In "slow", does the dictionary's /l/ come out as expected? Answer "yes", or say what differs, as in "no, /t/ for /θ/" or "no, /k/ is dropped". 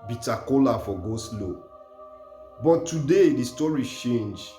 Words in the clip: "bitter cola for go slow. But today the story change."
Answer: yes